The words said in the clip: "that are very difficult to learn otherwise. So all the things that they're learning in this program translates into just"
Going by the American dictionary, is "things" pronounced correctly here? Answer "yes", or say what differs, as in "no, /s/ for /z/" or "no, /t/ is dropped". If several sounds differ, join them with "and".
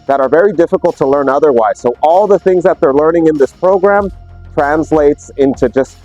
yes